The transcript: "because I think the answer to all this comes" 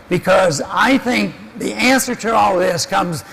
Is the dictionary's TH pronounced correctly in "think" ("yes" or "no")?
yes